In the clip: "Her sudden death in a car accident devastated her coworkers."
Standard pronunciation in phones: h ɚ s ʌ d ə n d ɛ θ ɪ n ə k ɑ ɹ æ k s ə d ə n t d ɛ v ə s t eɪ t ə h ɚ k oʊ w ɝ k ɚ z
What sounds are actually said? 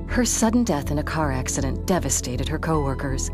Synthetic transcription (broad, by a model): h ɚ s ʌ d n d ɛ θ ɪ n ə k ɑ ɹ æ k s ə d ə n d ɛ v ə s t eɪ t ə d ɚ k oʊ w ɝ k ɚ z